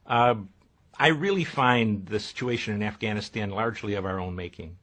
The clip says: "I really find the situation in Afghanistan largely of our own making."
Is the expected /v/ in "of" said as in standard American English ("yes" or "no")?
yes